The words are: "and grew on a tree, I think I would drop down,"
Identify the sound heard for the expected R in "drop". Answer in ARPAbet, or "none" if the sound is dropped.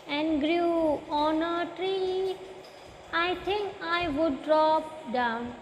R